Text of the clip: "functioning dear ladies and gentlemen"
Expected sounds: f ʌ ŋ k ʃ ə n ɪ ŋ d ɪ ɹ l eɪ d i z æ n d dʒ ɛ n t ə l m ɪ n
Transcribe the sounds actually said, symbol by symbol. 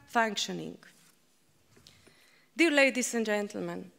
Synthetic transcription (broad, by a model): f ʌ ŋ k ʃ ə n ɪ ŋ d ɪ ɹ l eɪ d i s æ n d dʒ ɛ n t l m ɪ n